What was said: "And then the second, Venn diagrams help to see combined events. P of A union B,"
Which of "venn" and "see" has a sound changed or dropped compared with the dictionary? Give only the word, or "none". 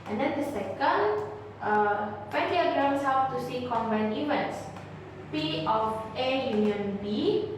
venn